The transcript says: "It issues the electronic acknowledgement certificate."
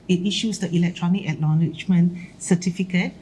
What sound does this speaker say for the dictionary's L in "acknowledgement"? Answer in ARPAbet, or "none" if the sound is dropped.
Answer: N